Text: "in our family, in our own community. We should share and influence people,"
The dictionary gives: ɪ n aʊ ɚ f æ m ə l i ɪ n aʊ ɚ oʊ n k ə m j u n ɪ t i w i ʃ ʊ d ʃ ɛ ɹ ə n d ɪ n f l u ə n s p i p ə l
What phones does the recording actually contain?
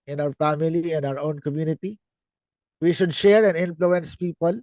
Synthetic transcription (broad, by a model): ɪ n aʊ ɚ f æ m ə l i ɪ n aʊ ɚ oʊ n k ə m j u n ɪ t i w i ʃ ʊ d ʃ ɛ ɹ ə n ɪ n f l u ə n s p i p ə l